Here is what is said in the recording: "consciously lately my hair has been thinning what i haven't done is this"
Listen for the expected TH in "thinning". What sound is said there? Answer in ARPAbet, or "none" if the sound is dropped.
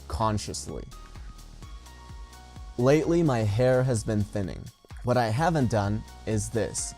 TH